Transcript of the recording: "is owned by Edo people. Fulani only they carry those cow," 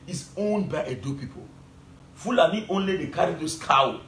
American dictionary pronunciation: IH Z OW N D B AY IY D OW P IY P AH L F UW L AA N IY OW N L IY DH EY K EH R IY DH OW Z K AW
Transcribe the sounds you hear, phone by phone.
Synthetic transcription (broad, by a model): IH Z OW N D B AY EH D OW P IY P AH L F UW L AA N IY OW N L IY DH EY K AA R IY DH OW S K AW